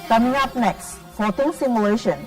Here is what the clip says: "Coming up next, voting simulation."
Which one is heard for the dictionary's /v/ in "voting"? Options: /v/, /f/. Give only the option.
/f/